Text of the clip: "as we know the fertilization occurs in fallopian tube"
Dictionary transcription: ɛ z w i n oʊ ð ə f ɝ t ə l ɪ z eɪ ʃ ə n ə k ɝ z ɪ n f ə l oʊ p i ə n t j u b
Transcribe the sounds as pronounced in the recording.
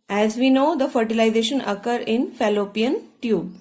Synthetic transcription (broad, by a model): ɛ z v i n oʊ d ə f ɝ t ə l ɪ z eɪ ʃ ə n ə k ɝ ɪ n f ə l oʊ p i ə n t j u b